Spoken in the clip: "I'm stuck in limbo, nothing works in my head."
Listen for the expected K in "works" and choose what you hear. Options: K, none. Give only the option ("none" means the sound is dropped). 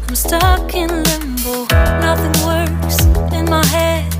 none